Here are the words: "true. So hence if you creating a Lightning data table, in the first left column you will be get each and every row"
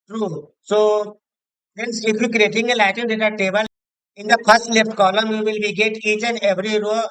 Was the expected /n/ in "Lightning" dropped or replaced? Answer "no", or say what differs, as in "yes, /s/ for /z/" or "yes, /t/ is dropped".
yes, /n/ is dropped